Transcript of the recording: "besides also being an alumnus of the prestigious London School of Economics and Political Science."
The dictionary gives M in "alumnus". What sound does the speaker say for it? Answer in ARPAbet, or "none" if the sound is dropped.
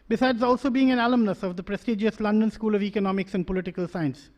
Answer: M